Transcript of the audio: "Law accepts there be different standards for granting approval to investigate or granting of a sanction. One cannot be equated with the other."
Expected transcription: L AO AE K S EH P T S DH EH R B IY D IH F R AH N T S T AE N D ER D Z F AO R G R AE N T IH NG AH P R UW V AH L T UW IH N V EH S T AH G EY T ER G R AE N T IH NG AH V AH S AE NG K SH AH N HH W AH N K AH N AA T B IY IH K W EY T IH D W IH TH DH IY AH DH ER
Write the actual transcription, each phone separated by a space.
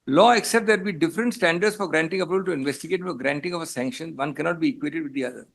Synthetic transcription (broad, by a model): L AO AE K S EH P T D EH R B IY D IH F R AH N T S T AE N D ER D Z F AO R G R AE N T IH NG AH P EH B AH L T UW IH N V EH S T AH G EY T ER G R AE N T IH NG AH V AH S AE NG K SH AH N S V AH N K AH N AA T B IY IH K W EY T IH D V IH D IY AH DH ER